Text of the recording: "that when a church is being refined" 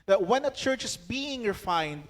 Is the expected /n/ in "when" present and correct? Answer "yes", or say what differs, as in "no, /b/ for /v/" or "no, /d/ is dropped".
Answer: yes